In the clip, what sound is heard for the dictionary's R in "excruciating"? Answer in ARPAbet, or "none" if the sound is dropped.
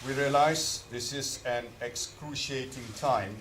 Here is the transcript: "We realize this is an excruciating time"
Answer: R